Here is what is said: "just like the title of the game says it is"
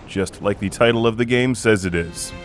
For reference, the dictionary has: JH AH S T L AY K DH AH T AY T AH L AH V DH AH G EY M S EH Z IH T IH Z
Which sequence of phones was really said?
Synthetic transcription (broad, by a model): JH AH S T L AY K DH AH T AY T L AH V DH AH G EY M S EH Z IH T IH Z